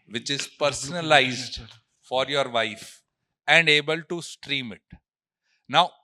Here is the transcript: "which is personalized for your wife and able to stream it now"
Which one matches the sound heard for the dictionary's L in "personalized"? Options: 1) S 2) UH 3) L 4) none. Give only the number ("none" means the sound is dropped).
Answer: 3